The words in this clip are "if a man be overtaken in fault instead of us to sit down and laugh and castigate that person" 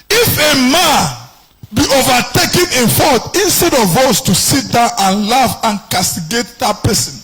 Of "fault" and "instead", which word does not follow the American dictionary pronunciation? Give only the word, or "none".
fault